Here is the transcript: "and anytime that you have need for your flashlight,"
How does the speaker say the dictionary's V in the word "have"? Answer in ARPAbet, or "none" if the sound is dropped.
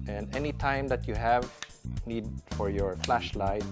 V